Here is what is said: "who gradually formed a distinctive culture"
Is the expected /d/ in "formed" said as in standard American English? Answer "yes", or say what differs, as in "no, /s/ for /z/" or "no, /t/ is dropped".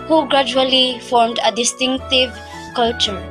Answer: yes